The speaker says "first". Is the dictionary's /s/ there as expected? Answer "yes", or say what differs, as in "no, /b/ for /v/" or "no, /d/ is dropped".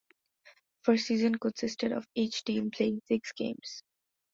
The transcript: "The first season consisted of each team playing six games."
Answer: no, /s/ is dropped